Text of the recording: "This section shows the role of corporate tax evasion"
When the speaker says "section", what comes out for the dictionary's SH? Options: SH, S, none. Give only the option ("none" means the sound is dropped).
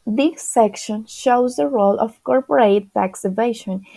SH